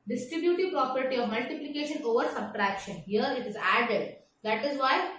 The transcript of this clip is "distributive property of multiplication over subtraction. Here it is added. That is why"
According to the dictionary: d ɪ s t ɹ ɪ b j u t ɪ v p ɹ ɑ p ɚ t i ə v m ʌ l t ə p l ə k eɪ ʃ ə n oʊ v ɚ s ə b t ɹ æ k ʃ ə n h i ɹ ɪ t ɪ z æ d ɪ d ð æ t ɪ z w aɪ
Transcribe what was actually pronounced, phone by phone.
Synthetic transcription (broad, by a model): d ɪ s t ɹ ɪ b j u t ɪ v p ɹ ɑ p ɚ t i ə v m ʌ l t ə p l ə k eɪ ʃ ə n oʊ v ɚ s ə b t ɹ æ k ʃ ə n h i ɹ ɪ t ɪ z æ d ɪ d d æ t ɪ z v aɪ